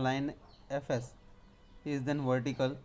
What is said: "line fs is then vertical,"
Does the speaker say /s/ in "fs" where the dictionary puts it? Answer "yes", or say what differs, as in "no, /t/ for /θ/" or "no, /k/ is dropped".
yes